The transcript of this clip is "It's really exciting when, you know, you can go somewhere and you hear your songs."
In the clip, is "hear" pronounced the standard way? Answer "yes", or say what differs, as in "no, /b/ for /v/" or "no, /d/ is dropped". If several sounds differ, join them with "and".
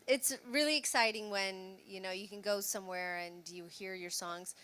yes